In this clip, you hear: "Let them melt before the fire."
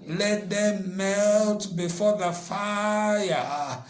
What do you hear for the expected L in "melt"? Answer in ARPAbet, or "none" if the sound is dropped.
L